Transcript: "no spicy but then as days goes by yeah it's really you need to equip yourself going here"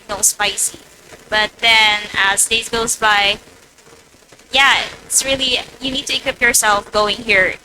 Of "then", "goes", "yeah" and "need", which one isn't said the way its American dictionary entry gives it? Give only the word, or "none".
none